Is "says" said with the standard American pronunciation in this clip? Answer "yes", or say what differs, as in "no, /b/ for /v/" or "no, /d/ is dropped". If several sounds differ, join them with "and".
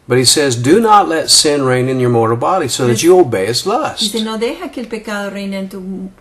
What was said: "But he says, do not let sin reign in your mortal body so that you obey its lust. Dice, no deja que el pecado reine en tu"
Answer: yes